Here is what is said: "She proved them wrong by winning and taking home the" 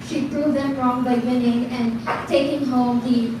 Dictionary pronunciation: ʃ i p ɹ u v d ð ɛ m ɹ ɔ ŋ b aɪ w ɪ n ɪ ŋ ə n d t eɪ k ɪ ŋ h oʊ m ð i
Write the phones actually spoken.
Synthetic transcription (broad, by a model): ʃ i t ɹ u d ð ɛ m ɹ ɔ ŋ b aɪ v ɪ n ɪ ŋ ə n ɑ t eɪ k ɪ ŋ h oʊ m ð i